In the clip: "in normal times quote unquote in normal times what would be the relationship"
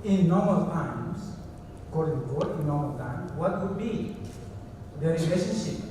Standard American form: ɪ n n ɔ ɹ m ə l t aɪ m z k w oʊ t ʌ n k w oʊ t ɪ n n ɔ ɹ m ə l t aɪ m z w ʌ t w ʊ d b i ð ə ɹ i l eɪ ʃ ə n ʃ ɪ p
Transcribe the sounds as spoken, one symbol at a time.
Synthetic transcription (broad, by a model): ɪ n n ɔ ɹ m ə l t aɪ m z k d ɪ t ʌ k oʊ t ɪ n n ɔ ɹ m ə l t aɪ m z w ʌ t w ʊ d b i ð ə ɹ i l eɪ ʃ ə n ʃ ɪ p